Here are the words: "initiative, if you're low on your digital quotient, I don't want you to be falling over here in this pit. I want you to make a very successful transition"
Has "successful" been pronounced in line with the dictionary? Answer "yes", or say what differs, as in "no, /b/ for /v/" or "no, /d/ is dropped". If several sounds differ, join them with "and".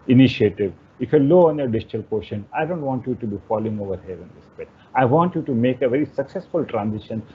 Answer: yes